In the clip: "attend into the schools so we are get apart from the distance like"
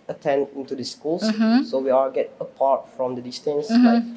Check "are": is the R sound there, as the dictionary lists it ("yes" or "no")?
no